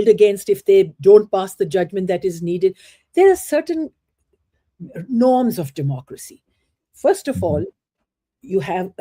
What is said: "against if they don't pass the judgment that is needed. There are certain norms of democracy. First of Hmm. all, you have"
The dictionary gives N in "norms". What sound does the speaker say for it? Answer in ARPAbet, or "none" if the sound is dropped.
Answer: N